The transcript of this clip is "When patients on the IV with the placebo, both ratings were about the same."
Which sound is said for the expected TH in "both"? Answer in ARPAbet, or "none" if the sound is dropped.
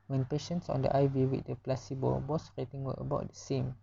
S